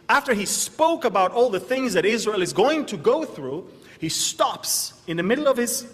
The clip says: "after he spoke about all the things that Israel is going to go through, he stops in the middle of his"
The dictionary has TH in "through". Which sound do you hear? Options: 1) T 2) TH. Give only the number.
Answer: 2